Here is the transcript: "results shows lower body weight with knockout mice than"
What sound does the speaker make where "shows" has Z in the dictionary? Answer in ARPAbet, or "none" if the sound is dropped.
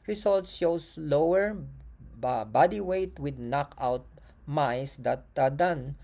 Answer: S